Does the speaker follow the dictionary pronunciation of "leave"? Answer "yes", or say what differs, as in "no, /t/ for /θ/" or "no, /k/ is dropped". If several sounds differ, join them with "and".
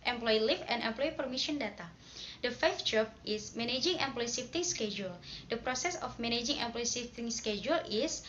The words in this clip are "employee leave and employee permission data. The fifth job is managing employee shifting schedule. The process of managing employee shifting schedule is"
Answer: no, /f/ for /v/